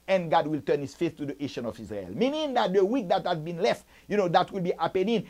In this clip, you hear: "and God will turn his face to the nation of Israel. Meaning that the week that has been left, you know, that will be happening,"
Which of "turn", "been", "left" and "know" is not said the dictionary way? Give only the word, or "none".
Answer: none